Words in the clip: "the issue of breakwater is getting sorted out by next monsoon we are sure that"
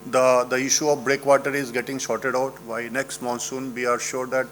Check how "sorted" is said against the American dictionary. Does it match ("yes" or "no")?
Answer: no